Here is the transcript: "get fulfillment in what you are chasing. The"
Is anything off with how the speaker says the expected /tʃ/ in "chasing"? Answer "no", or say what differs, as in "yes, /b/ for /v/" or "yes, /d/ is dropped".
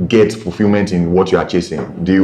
no